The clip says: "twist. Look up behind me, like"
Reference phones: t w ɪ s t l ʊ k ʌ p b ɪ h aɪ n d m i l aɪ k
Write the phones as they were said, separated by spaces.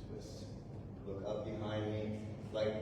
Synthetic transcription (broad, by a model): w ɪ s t l ʊ k ʌ p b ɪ h aɪ n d m i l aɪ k